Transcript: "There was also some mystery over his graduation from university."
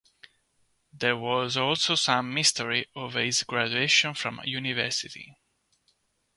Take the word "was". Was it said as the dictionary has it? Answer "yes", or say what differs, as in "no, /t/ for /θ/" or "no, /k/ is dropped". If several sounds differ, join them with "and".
yes